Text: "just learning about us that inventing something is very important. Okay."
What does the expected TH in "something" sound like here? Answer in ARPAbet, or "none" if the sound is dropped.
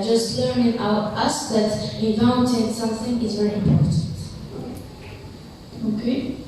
TH